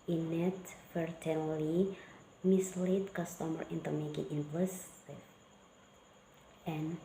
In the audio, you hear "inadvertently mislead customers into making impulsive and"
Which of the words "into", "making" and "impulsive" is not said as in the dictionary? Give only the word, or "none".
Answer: impulsive